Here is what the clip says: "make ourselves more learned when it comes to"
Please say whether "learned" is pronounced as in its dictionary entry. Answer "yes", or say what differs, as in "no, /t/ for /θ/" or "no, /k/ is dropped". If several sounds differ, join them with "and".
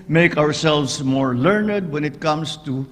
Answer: yes